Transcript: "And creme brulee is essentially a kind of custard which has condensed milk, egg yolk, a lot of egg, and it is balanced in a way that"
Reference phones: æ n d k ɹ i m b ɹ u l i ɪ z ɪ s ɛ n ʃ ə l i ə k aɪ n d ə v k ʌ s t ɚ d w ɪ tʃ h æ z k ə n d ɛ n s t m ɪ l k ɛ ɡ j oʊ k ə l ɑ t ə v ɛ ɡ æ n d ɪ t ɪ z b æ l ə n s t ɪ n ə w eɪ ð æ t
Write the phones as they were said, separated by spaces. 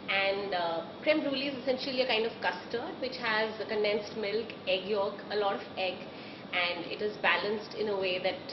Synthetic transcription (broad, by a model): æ n d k ɹ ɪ m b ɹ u l i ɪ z ɪ s ɛ n ʃ ə l i ə k aɪ n d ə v k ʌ s t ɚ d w ɪ tʃ h æ z k ə n d ɛ n s t m ɪ l k ɛ ɡ j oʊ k ə l ɑ t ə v ɛ ɡ æ n d ɪ t ɪ z b æ l ə n s t ɪ n ə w eɪ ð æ t